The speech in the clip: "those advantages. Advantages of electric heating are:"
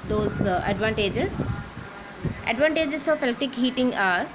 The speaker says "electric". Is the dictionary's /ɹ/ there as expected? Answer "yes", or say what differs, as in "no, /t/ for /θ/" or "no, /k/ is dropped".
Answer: no, /ɹ/ is dropped